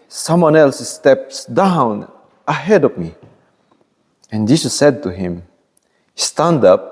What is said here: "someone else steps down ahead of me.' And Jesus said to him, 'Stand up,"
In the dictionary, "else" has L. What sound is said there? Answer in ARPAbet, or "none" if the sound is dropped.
L